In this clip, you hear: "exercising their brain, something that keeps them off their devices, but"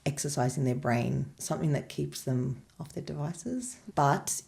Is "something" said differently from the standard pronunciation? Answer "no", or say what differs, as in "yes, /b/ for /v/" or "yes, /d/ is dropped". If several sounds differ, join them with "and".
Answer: no